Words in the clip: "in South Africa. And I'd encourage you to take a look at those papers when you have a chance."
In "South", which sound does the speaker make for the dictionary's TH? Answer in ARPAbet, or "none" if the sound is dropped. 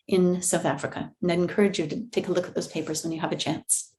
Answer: TH